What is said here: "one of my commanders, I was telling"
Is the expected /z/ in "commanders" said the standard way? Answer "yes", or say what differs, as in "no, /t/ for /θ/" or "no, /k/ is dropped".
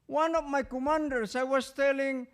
no, /s/ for /z/